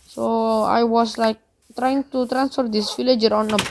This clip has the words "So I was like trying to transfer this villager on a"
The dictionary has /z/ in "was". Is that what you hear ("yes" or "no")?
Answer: no